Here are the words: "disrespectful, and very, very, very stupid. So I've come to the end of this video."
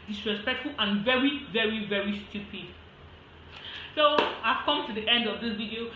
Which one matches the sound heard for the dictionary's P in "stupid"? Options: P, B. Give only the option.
P